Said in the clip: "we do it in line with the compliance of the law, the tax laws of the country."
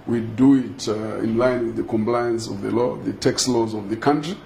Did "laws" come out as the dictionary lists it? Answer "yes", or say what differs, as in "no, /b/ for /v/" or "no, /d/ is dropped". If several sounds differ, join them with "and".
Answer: yes